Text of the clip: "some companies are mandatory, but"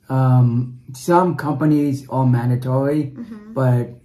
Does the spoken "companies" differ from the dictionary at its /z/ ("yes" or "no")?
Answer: no